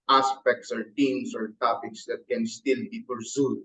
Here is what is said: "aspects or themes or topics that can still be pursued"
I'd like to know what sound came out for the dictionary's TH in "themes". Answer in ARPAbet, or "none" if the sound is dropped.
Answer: T